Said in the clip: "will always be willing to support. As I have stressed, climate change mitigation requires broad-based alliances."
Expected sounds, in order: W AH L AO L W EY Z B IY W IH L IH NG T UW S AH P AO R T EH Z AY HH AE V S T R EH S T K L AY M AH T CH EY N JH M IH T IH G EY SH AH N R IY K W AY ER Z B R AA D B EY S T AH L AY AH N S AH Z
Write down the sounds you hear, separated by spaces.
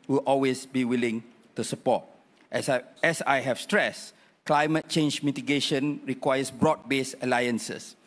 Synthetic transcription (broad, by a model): W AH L AO L W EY S B IY W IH L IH NG T UW S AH P AO T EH S AY HH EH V S T R EH S K L AY M AH T CH EY N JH M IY T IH G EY SH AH N R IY K W AY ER S B R AA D B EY S AH L AY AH N S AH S